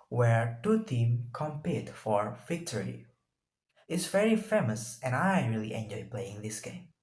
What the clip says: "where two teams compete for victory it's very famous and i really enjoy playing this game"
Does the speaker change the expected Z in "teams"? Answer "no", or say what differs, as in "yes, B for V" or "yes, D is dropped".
yes, Z is dropped